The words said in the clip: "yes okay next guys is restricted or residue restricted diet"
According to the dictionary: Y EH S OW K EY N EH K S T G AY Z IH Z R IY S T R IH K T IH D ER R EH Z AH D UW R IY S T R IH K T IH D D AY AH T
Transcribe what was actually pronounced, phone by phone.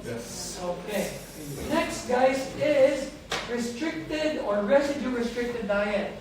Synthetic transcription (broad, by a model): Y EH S OW K EY N EH K S T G AY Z IH Z R IY S T R IH K T IH D ER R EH S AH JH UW R IY S T R IH K T IH D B AY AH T